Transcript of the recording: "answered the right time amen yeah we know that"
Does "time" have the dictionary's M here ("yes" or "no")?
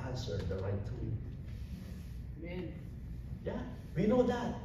no